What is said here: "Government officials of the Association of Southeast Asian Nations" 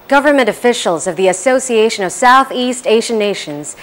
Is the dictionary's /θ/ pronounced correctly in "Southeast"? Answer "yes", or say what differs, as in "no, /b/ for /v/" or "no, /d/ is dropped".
yes